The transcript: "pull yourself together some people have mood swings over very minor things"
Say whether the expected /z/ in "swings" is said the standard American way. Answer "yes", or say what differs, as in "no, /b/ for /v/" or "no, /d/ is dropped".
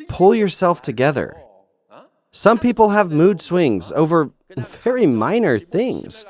yes